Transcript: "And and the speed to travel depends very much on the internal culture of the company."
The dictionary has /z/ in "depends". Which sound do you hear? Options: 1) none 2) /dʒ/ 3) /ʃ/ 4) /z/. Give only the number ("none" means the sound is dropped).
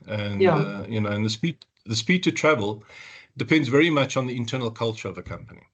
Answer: 4